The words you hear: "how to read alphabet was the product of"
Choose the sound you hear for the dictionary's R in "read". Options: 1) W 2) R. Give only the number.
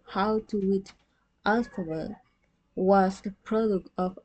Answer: 1